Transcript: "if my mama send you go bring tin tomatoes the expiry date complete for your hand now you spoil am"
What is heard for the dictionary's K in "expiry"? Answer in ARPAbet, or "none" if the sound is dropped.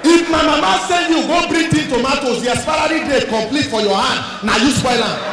none